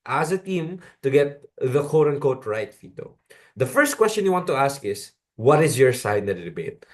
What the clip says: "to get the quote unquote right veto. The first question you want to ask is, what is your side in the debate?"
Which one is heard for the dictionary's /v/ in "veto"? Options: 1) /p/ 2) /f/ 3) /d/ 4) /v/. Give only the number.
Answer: 2